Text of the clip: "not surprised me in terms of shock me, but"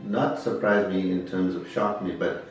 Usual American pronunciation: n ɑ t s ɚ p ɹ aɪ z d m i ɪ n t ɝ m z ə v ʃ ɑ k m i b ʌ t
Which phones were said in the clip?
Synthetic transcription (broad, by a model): n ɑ t s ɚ p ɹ aɪ z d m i ɪ n t ɝ m z ə v ʃ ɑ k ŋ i b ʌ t